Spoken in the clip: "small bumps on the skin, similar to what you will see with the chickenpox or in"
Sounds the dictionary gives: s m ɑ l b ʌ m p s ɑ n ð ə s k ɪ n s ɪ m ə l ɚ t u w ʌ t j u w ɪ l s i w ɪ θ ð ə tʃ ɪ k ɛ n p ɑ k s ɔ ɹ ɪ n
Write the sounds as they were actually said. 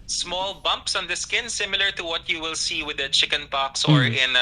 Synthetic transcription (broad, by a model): s m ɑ l b ʌ m p s ɑ n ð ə s k ɪ n s ɪ m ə l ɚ t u w ʌ t j u w ɪ l s i w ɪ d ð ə tʃ ɪ k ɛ n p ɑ k s ɔ ɹ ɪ n